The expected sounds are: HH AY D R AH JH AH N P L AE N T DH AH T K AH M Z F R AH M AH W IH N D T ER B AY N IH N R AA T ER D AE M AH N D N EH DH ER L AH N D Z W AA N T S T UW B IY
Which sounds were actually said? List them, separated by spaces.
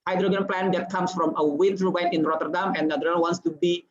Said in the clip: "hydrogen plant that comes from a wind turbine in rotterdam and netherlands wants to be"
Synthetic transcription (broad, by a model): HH AY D R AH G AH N P L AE N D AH T K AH M S F R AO M AH W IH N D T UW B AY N IH N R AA T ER D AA M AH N N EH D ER AH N W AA N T S T UW B IY